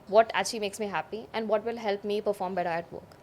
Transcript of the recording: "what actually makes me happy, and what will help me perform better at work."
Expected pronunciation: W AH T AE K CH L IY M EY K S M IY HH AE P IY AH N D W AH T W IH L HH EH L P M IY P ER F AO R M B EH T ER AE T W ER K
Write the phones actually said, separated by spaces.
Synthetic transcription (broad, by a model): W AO T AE CH IY M EY K S M IY HH AE P IY AH N D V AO T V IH L HH EH L P M IY P ER F AO R M B EH T ER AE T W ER K